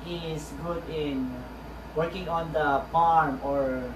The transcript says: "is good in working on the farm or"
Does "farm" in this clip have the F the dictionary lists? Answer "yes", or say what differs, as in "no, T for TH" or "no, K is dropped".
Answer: no, P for F